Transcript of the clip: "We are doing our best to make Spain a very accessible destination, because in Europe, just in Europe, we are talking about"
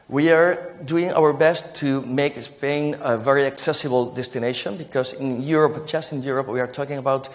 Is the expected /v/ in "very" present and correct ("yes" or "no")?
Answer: yes